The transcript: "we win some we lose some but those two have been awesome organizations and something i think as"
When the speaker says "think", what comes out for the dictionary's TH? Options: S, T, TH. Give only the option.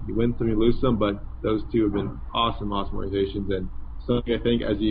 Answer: TH